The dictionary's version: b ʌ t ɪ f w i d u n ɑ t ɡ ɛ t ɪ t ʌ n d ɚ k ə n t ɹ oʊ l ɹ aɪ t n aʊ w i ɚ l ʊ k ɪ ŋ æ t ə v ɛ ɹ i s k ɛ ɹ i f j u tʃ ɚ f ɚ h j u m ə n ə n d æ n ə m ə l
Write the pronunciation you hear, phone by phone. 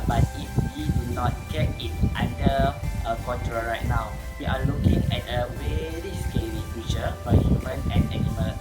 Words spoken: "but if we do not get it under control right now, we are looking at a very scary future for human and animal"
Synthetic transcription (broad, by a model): b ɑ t ɪ f w i d u n ɑ t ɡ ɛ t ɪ t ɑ n d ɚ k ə n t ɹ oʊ ɹ aɪ t n aʊ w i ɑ l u k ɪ ŋ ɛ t ə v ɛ ɹ i s k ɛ l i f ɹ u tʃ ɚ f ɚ h j u m ə n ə n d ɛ n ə m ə l